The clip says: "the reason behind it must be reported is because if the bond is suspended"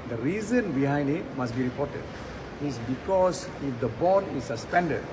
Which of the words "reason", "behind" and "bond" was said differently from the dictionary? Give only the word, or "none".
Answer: bond